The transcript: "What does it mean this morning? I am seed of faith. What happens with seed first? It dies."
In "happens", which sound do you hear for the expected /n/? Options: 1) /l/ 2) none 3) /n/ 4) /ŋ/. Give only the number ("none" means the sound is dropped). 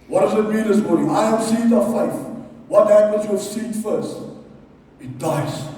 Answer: 1